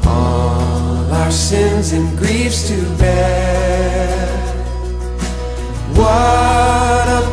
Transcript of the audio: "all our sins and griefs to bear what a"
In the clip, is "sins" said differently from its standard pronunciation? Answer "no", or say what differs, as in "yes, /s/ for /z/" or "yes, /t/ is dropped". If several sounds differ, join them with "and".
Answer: no